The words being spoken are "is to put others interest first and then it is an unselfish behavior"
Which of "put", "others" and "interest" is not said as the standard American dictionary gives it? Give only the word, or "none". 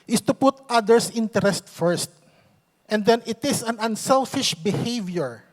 others